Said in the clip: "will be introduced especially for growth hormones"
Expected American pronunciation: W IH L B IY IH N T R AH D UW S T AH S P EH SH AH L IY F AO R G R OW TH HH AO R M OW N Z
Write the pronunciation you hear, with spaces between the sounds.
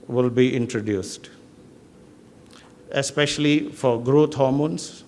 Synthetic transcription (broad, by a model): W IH L B IY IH N T R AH D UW S T AH S P EH SH AH L IY F AO R G R OW T HH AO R M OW N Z